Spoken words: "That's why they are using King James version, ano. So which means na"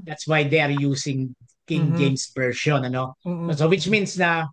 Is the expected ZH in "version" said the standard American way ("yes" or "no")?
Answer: no